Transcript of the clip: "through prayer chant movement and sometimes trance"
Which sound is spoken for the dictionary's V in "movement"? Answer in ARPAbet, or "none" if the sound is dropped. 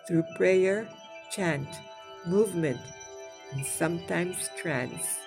V